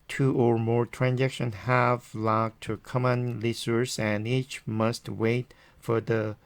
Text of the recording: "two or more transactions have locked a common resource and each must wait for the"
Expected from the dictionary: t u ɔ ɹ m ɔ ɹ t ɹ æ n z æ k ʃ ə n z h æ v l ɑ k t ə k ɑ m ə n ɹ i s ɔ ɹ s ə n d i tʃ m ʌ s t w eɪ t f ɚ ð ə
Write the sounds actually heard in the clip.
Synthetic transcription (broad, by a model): t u ɔ ɹ m ɔ ɹ t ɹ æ n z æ k ʃ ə n h æ v l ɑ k t ə k ɑ m ə n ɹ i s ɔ ɹ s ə n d i tʃ m ʌ s t w eɪ t f ɚ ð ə